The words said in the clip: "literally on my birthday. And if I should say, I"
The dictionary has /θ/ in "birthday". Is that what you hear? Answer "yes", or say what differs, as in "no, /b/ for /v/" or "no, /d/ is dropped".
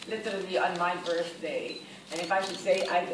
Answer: no, /s/ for /θ/